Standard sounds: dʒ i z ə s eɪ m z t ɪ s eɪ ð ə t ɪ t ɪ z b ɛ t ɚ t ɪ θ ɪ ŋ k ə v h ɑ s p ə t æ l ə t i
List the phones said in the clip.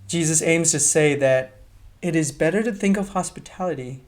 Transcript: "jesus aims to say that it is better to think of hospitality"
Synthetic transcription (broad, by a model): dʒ i z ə s eɪ m z t ɪ s eɪ ð ə t ɪ t ɪ z b ɛ t ɚ t ɪ θ ɪ ŋ k ə v h ɑ s p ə t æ l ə t i